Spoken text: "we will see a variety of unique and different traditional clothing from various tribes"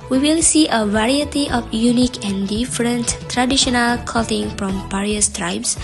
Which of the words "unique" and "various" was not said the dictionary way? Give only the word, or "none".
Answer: various